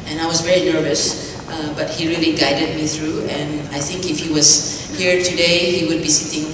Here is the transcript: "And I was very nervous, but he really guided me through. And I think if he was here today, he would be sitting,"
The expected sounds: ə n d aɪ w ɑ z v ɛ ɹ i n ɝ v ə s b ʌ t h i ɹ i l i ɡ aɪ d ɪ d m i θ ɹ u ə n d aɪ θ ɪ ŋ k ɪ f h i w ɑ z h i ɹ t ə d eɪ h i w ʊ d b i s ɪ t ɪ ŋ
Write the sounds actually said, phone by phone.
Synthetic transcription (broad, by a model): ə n aɪ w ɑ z v ɛ ɹ i n ɝ v ə s b ʌ t h i ɹ i l i ɡ aɪ d ɪ d m i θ ɹ u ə n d aɪ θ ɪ ŋ k ɪ f h i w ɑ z h i ɹ t ə d eɪ h i w ʊ d b i s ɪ t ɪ ŋ